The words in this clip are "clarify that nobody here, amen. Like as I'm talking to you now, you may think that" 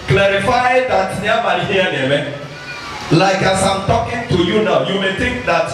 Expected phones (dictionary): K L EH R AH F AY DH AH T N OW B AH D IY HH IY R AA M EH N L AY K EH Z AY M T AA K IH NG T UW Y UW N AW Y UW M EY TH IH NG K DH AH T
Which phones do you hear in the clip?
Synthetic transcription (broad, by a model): K L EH R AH F AY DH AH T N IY AH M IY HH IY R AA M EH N L AY K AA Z AY M T AA K IH NG T UW Y UW N AW Y UW M EY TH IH NG K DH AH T